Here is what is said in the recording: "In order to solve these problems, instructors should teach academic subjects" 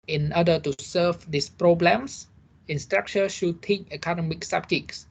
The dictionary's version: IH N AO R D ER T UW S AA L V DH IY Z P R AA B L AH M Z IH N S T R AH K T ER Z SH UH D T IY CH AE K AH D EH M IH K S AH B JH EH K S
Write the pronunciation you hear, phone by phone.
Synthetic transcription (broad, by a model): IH N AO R D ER T UW S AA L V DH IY S P R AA B L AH M S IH N S T R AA K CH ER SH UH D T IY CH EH K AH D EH M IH K S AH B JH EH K S